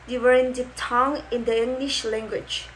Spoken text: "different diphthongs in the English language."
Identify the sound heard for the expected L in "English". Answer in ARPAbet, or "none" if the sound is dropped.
L